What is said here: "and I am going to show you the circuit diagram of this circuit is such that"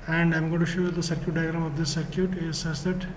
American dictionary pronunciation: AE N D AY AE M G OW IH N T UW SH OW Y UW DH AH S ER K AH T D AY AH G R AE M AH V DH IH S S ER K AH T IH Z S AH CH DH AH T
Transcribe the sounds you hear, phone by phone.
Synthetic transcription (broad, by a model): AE N D AY M G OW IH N T UW SH OW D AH S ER K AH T D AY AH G R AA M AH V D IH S S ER K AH T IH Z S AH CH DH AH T